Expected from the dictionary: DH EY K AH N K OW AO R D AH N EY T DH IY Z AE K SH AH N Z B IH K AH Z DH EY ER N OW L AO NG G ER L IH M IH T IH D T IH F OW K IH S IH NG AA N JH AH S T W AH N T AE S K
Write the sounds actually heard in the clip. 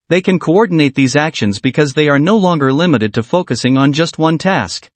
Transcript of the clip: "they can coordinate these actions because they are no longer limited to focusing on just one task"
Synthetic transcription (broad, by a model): DH EY K AH N K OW AO R D N EY T DH IY Z AE K SH AH N Z B IH K AH Z DH EY ER N OW L AO NG G ER L IH M IH T IH D T IH F OW K IH S IH NG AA N JH AH S T W AH N T AE S K